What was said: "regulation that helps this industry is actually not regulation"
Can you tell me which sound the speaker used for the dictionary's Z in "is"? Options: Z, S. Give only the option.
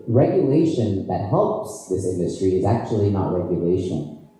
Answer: Z